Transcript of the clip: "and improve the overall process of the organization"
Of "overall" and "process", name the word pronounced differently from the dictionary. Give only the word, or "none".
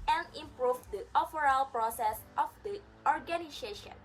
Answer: overall